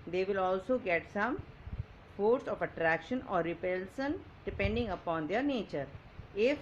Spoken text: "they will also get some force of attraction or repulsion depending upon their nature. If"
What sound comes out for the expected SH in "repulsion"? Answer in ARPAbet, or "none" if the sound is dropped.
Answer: S